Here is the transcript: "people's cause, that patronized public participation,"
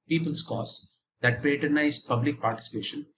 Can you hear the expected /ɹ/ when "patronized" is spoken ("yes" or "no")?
no